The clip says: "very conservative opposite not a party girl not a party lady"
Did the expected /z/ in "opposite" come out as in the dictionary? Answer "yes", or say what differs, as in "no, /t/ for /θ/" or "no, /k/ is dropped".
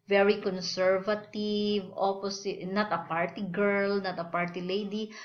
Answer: no, /s/ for /z/